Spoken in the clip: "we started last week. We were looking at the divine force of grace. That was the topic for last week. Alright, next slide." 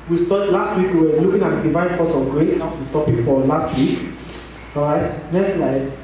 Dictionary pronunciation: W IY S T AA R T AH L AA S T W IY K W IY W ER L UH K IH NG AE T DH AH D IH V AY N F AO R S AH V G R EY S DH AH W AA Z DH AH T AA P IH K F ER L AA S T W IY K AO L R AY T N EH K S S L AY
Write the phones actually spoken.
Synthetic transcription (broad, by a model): W IY S T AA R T L AA S T W IY K W IY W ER L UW K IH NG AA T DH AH D IH V AY N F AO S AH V G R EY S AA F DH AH T AA P IH K F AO L AA S T W IY K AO R AY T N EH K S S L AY